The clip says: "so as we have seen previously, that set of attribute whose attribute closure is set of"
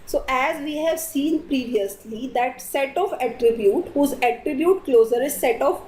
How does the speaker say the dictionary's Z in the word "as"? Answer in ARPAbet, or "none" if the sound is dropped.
Z